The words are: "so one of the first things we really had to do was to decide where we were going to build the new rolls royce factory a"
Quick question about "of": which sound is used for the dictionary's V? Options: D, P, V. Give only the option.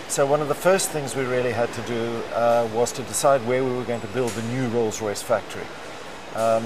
V